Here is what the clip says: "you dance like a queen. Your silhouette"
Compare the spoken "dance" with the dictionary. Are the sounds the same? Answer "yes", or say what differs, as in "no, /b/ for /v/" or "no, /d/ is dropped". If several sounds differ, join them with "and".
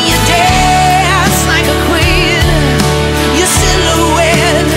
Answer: no, /n/ is dropped